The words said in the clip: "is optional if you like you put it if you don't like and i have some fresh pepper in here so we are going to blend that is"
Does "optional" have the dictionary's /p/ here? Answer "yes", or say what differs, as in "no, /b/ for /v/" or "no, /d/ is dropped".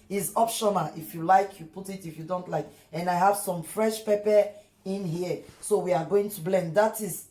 yes